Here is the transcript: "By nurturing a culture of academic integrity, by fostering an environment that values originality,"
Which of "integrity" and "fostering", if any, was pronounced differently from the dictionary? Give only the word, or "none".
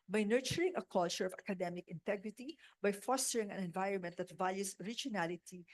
none